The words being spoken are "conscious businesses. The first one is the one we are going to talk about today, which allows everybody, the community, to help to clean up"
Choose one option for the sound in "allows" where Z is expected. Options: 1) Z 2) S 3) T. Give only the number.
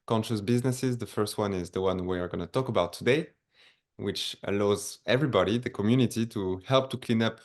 1